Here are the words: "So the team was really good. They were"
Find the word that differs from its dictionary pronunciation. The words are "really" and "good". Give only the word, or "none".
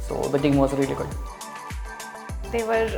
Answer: none